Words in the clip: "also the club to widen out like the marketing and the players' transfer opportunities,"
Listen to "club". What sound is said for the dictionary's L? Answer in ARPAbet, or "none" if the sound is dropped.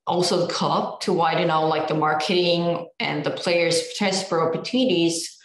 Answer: none